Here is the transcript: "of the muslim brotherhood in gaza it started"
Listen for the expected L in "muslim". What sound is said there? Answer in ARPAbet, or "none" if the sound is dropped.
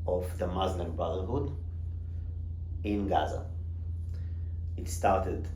N